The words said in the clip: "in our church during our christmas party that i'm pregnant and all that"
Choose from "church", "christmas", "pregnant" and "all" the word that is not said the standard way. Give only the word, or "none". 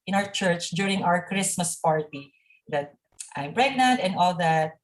pregnant